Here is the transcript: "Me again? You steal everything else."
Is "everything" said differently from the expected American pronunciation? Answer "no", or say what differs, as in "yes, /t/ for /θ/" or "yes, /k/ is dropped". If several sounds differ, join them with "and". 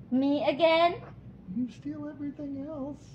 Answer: no